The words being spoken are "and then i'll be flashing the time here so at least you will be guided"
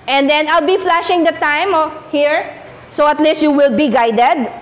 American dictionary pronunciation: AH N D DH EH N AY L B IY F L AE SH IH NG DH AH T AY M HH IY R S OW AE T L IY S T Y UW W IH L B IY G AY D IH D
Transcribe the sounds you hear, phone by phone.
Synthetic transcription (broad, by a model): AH N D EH N AY L B IY F L AE SH IH NG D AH T AY M HH IY R S OW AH T L IY S T Y UW W IH L B IY G AY D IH D